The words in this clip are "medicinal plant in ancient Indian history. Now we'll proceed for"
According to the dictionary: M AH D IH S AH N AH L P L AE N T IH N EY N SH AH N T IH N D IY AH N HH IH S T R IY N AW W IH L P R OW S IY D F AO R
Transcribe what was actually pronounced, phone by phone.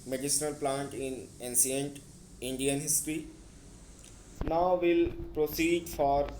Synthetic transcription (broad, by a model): M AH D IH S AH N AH L P L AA N T IH N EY N S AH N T IH N D IY AH N HH IH S T R IY N AW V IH L P R OW S IY D F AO R